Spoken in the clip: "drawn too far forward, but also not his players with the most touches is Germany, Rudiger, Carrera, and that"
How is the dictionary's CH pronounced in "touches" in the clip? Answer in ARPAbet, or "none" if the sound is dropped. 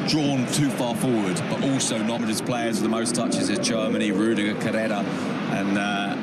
CH